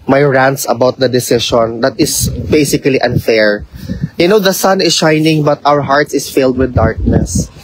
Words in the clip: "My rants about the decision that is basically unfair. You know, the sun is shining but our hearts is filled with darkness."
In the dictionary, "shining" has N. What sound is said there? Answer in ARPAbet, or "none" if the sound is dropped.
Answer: N